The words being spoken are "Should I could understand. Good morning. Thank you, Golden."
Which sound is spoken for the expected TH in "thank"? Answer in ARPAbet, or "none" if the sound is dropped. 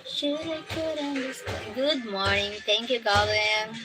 T